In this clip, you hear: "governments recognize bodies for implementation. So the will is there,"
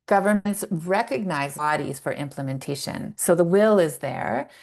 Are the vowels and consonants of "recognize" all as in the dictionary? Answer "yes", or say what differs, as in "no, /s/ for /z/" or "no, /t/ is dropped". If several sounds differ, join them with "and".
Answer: yes